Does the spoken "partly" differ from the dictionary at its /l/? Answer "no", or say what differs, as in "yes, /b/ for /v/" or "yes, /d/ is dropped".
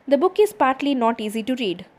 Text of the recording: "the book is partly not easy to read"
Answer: no